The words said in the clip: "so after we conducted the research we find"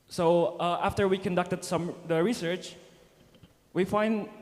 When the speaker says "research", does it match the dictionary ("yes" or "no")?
yes